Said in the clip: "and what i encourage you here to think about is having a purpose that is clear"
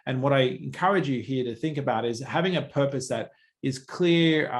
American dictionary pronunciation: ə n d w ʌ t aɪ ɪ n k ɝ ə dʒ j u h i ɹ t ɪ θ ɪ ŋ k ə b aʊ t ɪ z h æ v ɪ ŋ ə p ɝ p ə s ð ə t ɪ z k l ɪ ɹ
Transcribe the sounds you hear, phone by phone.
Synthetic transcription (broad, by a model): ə n w ʌ t aɪ ɪ n k ɝ ə dʒ j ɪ h i ɹ t ɪ θ ɪ ŋ k ə b aʊ t ɪ z h æ v ɪ ŋ ə p ɝ p ə s ð ə t ɪ z k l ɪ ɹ